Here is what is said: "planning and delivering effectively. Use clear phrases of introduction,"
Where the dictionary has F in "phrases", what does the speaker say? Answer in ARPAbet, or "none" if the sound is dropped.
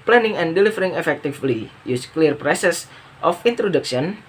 P